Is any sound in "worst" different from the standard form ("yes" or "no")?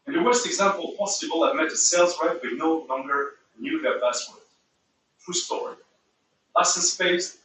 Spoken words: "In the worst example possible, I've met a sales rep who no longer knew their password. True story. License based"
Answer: no